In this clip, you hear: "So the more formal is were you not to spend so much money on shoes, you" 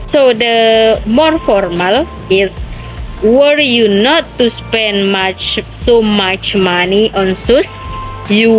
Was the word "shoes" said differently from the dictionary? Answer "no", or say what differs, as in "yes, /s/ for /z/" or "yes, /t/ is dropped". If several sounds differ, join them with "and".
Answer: yes, /s/ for /ʃ/ and /s/ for /z/